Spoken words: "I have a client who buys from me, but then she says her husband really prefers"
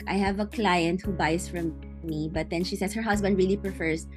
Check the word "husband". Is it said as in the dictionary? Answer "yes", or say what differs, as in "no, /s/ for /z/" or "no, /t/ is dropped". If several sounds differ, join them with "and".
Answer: no, /s/ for /z/